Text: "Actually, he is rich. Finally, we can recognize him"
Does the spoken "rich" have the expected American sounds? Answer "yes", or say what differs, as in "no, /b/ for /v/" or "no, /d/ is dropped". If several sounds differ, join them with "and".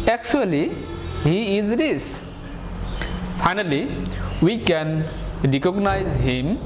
no, /s/ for /tʃ/